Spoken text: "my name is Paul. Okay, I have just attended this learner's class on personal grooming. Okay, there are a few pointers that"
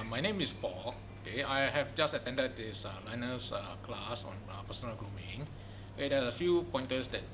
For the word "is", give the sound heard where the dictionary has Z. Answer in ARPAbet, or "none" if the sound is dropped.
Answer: S